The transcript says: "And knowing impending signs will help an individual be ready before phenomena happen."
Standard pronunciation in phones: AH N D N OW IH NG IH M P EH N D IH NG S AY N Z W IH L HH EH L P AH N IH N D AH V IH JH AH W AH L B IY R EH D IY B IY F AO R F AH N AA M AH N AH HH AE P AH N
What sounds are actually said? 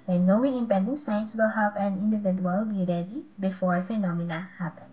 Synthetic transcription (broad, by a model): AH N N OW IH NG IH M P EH N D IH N S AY N S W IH L HH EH P AH N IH N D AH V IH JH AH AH L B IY R EH D IY B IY F AO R F AH N AA M AH N AH HH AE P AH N